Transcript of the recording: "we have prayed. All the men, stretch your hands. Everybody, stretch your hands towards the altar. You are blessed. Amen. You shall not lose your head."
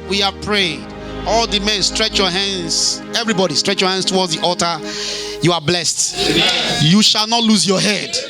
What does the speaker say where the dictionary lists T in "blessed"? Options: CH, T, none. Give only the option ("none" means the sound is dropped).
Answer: T